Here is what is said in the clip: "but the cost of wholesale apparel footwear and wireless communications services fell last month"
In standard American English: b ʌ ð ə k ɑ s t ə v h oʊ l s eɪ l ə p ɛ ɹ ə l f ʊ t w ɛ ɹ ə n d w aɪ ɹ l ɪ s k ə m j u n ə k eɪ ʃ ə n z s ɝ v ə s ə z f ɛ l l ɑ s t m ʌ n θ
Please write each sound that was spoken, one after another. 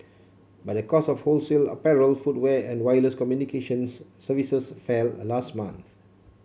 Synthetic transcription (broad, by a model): b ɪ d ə k ɑ s ə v h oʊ l s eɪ l ə p ɛ ɹ ə l f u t w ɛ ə n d w aɪ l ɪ s k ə m j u n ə k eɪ ʃ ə n s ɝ v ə s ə s f ɛ l l ɑ s t m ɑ n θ